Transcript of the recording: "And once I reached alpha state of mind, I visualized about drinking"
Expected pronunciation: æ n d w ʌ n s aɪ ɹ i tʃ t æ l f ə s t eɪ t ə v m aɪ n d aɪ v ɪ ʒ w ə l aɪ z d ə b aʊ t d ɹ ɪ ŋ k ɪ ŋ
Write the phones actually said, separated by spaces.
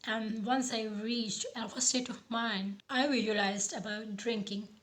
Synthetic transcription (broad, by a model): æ n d w ʌ n s aɪ ɹ i tʃ t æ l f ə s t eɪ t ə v m aɪ n aɪ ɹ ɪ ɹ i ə l aɪ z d ə b aʊ t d ɹ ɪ ŋ k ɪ ŋ